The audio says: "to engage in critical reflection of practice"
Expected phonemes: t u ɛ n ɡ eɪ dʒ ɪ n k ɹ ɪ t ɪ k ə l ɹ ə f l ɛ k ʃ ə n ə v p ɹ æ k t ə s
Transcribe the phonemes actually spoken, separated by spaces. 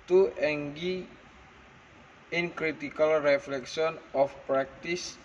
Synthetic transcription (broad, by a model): t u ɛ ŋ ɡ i ɪ n k ɹ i t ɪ k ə l ɹ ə f l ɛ k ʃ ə n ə f p ɹ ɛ k t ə s